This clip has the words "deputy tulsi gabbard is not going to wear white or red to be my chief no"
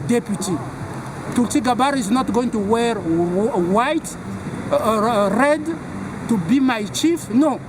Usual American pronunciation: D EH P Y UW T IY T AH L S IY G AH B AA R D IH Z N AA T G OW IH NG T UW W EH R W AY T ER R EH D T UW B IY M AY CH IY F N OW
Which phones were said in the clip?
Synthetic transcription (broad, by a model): D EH P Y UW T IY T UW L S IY G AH B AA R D IH Z N AA T G OW IH NG T UW W EH R W AY T R EH D T UW B IY M AY CH IY F N OW